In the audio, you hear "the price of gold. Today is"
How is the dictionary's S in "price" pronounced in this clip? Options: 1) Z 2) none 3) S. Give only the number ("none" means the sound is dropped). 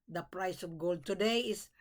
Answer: 3